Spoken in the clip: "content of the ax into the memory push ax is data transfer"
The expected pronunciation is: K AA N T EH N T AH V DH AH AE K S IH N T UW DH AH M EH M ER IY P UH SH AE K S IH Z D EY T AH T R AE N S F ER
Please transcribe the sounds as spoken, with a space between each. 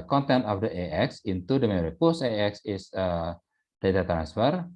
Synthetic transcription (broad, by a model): K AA N T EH N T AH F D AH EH K S IH N T UW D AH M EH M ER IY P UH S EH K S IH S D EY T AH T R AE N S F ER